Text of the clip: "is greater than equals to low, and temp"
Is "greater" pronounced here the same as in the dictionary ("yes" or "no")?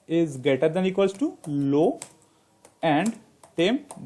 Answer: no